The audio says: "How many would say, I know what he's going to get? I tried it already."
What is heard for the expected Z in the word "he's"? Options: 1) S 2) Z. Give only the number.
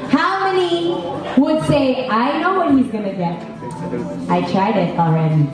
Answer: 2